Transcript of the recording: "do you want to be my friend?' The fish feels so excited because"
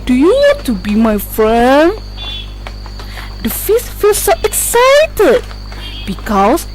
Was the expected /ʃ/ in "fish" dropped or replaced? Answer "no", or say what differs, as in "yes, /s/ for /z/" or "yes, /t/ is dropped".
yes, /s/ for /ʃ/